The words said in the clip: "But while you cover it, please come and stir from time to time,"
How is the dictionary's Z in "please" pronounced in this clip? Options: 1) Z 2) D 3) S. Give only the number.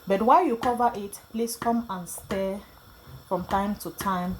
3